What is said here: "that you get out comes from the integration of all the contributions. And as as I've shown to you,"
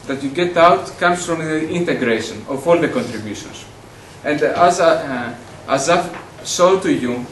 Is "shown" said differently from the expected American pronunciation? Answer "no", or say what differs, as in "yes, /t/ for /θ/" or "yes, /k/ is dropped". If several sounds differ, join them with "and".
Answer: yes, /s/ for /ʃ/